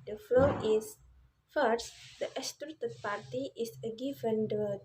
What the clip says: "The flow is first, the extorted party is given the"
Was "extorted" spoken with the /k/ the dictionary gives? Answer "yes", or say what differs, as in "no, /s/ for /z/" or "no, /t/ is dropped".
no, /k/ is dropped